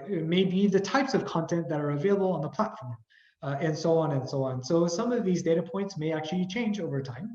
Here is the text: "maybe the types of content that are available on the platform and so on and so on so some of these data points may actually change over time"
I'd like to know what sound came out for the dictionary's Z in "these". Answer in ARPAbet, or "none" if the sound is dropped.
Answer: Z